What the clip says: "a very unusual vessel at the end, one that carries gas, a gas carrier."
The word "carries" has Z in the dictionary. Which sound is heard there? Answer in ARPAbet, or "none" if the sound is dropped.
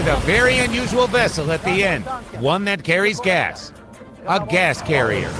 Z